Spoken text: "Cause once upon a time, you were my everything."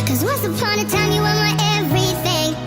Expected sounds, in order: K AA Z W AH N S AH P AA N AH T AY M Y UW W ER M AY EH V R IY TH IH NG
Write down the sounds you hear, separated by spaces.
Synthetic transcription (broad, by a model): K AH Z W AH S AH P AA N AH T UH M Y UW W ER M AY EH V R IY TH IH NG